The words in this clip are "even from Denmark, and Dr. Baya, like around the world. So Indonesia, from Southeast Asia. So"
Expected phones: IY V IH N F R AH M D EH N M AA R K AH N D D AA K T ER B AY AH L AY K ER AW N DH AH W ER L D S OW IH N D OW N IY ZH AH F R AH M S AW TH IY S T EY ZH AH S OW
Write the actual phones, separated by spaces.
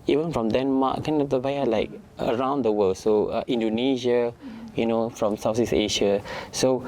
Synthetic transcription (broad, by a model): IY V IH N F R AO M D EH N M AA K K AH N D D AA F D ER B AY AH L AY K ER AW N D AH W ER L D S OW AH N D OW N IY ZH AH F R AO M S AW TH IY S EY SH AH S OW